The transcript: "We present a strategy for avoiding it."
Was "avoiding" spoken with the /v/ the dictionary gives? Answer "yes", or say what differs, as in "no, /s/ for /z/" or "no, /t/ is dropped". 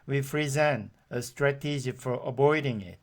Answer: no, /b/ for /v/